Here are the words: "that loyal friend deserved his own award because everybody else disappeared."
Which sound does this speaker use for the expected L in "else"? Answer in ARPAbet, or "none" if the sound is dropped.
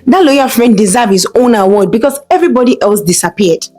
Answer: L